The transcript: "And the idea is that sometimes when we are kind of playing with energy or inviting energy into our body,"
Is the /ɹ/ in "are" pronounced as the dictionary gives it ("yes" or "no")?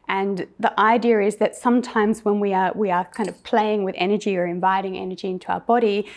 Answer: no